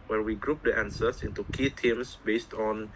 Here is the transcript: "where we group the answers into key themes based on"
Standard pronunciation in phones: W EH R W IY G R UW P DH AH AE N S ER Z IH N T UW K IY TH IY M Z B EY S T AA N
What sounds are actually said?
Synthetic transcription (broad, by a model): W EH W IY G R UW P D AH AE N S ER S IH N T UW K IY T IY M S B EY S T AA N